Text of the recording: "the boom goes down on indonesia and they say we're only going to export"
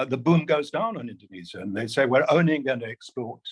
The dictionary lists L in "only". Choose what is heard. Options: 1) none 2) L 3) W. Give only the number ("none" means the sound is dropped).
1